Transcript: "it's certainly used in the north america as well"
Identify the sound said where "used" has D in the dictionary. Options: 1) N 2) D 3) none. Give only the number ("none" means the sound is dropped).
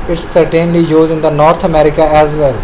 3